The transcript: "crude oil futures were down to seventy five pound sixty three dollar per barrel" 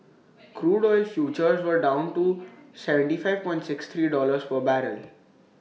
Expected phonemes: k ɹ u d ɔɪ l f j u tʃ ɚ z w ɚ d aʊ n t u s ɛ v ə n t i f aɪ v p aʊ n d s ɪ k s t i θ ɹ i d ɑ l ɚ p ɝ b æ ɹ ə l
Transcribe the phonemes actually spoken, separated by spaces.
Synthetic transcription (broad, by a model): k ɹ u d ɔɪ l f j u tʃ ɚ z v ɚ d aʊ n t u s ɛ v ə n t i f aɪ v p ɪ n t s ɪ k s t ɹ i d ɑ l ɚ f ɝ b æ ɹ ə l